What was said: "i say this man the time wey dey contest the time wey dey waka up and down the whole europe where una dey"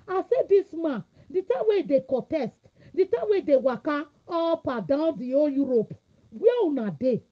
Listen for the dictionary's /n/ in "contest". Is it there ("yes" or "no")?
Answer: no